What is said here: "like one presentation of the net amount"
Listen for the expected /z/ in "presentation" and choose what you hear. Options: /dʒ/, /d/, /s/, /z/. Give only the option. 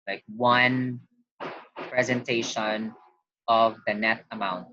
/z/